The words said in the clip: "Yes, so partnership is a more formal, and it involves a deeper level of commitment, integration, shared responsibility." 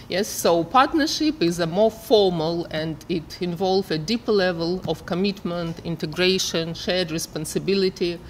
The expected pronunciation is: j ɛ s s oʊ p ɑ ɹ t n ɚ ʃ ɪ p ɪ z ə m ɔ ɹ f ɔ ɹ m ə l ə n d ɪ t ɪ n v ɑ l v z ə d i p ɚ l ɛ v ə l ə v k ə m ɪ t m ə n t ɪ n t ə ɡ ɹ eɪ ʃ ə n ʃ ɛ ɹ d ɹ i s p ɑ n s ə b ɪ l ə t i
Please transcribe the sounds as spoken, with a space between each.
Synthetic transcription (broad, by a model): j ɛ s s oʊ p ɑ ɹ t n ɚ ʃ ɪ p ɪ z ə m ɔ ɹ f ɔ ɹ m ə l ə n d ɪ t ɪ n v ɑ l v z ə d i p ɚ l ɛ v ə l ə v k ə m ɪ t m ə n t ɪ n t ə ɡ ɹ eɪ ʃ ə n ʃ ɛ ɹ d ɹ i s p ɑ n s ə b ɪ l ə t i